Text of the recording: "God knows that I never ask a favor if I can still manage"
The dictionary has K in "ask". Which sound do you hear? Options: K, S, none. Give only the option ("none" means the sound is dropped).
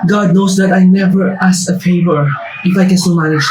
none